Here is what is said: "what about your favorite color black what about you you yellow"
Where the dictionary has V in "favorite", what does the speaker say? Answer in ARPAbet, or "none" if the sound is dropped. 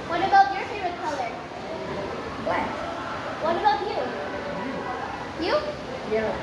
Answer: none